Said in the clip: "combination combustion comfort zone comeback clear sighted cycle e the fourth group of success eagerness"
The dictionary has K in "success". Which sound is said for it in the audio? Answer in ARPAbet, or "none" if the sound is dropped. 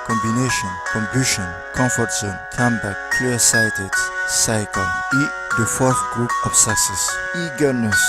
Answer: none